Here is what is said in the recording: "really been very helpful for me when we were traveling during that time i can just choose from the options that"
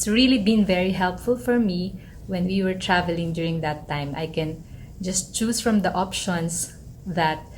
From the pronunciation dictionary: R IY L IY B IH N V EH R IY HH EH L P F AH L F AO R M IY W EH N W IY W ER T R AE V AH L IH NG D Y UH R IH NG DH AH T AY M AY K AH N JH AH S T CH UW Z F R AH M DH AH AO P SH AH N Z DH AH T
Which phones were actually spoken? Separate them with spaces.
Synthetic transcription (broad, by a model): R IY L IY B IH N V EH R IY HH EH L P F AH L F AO R M IY W EH N W IY W ER T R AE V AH L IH NG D Y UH R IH NG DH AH T AY M AY K AH N JH AH S T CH UW S F R AH M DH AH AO P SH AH N S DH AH T